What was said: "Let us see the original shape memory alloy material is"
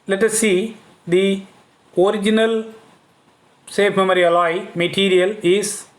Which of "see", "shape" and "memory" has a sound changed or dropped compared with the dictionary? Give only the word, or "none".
shape